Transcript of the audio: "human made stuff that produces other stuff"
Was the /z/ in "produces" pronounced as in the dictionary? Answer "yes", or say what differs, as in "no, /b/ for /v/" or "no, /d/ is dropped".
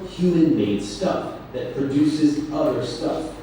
yes